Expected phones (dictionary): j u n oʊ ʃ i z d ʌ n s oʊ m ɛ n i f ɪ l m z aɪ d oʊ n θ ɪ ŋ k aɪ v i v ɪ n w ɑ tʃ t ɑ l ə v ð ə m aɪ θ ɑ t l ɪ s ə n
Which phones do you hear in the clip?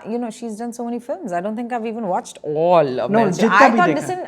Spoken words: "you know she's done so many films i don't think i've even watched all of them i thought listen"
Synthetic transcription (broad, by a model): j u n oʊ ʃ i z d ʌ n s oʊ m ɛ n i f ɪ l m z aɪ d oʊ n t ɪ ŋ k aɪ v i v ɪ n w ɑ tʃ t ɑ l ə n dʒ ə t aɪ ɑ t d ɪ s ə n